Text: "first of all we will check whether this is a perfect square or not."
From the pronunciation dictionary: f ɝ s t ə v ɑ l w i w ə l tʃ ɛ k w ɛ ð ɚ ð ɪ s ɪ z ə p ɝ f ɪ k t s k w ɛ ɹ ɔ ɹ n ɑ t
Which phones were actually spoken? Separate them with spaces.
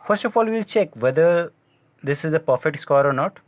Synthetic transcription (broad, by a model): f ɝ s t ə f ɑ l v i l tʃ ɛ k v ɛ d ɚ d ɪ s ɪ z ə p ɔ f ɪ t s k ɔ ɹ ɔ ɹ n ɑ t